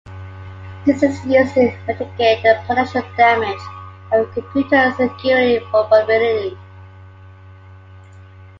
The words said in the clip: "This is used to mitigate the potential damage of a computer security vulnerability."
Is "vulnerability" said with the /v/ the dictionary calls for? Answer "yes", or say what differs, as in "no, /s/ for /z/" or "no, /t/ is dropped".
no, /f/ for /v/